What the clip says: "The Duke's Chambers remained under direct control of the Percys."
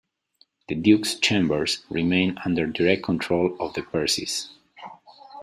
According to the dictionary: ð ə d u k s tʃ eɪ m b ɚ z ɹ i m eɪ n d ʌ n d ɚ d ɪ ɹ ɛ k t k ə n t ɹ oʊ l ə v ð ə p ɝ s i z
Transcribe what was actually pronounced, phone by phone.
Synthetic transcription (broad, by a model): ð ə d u k s tʃ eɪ m b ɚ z ɹ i m eɪ n ʌ n d ɚ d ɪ ɹ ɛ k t k ə n t ɹ oʊ l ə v ð ə p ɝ s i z